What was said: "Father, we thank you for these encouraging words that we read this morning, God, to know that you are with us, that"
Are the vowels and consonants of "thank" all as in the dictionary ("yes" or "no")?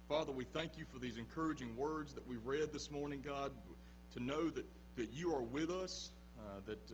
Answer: yes